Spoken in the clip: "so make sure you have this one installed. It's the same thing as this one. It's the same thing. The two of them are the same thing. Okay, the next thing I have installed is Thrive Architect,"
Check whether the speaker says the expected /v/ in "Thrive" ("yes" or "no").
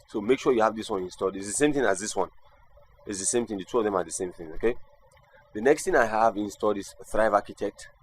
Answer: yes